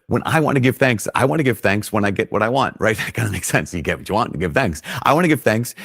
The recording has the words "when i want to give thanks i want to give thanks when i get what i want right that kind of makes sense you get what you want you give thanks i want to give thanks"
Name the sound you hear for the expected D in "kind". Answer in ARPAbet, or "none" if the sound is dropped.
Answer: none